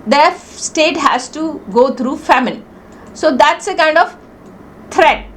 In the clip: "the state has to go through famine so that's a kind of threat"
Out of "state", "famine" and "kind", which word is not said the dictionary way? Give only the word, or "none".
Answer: famine